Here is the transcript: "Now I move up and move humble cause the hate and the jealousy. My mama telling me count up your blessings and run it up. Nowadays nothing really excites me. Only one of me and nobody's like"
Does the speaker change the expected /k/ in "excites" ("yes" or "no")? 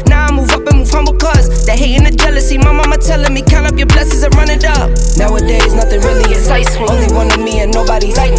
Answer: yes